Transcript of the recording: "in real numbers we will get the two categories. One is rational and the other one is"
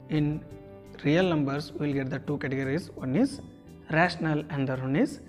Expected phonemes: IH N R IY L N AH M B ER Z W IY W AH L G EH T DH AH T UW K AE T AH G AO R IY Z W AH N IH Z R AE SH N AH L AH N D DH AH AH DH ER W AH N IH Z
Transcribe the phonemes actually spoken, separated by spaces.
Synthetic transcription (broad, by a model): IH N R IY L N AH M B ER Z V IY L G EH T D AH T UW K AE T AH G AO R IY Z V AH N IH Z R AE SH N AH L AH N D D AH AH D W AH N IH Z